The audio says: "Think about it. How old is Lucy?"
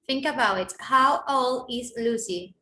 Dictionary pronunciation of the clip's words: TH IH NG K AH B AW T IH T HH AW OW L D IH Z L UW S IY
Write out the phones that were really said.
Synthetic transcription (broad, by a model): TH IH NG K AH B AW T IH T HH AW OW L IH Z L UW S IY